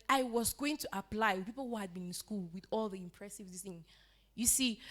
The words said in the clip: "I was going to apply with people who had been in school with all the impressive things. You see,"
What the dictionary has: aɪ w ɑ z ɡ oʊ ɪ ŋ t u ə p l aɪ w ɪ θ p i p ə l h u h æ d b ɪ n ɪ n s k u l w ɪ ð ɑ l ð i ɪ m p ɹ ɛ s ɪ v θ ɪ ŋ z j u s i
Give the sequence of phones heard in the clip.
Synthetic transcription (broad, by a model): aɪ w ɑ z ɡ oʊ ɪ ŋ t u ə p l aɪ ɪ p i p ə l h u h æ d b ɪ n ɪ n s k u l w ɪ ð ɑ l ð i ɪ m p ɹ ɛ s ɪ v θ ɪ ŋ j u s i